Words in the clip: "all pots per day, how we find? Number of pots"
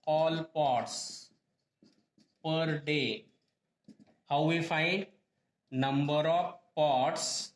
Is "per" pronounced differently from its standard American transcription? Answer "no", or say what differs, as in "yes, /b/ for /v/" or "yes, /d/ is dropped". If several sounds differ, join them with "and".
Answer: no